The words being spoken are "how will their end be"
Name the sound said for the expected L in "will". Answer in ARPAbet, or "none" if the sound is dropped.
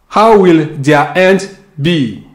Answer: L